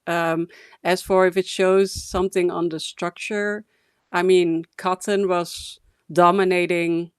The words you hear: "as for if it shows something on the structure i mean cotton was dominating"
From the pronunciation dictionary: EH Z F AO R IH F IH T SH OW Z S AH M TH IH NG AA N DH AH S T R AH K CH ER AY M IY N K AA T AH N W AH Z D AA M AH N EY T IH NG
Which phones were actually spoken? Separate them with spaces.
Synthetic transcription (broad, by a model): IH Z F AO R IH F IH T SH OW Z S AH M TH IH NG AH N DH AH S T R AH K CH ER AY M IY N K AA T AH N W AH Z D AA M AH N EY T IH NG